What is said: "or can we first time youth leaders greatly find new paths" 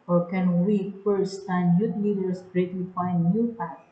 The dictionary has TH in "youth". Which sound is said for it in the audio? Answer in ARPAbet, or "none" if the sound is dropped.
T